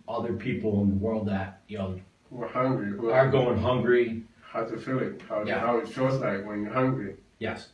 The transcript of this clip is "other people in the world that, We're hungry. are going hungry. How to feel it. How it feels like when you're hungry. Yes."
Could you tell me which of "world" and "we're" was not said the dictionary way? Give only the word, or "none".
none